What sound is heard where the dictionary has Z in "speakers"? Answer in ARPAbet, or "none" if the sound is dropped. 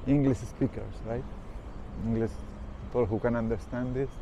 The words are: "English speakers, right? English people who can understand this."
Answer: S